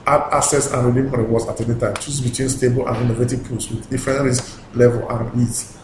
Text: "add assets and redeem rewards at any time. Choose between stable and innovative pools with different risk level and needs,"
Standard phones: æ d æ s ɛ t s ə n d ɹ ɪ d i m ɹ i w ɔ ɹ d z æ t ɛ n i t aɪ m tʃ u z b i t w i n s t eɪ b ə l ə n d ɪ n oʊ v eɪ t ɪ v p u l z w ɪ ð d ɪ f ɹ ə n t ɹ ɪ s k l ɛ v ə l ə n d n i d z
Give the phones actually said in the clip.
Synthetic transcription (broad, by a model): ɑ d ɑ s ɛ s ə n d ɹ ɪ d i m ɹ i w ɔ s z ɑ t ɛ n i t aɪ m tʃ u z b i t w i n s t eɪ b ə l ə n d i n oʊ v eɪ t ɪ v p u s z w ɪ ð d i f ɹ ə n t ɹ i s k l ɛ v ə l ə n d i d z